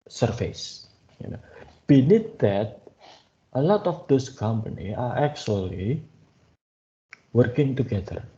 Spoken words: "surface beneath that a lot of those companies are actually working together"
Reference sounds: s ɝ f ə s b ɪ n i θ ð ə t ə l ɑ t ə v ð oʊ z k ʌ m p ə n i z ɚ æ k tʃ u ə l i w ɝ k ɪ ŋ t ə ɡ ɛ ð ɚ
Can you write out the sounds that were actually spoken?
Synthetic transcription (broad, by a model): s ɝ f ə s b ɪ n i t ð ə t ə l ɑ t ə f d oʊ s k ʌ m p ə n i ɑ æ k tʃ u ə l i w ɝ k ɪ ŋ t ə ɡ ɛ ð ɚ